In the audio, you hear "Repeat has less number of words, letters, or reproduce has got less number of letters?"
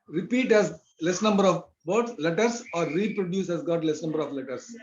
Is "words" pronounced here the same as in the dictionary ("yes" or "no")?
no